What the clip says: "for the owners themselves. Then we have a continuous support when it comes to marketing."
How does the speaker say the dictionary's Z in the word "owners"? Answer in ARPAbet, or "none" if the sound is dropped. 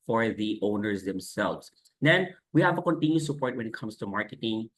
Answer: Z